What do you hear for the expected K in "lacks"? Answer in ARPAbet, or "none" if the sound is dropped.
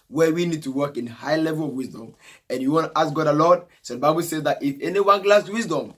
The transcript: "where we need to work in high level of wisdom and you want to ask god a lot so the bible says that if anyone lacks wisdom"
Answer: none